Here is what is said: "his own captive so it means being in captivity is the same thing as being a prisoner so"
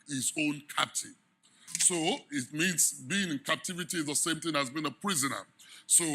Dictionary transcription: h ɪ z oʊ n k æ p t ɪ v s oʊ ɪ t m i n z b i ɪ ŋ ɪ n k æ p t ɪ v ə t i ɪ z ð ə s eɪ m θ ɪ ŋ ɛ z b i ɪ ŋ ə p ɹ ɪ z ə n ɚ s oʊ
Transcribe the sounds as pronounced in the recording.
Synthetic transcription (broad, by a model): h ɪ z oʊ n k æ p t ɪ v s oʊ ɪ t m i n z b i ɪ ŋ ɪ n k æ p t ɪ v ə t i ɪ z ð ə s eɪ m θ ɪ ŋ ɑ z b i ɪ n ə p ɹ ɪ z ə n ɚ s oʊ